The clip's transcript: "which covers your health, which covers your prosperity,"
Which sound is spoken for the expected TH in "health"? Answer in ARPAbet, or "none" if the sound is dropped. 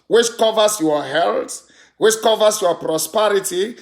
T